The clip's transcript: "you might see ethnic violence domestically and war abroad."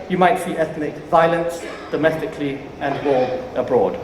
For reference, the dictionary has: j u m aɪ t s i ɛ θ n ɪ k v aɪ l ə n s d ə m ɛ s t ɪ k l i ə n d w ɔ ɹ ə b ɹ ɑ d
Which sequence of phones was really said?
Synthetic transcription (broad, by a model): j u m aɪ t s i ɛ θ n ɪ k v aɪ l ə n s d ə m ɛ s t ɪ k l i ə n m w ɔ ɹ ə b ɹ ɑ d